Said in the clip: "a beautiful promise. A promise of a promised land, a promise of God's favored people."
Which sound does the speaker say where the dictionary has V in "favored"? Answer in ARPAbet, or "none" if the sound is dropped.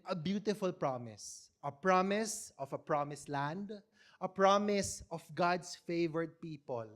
V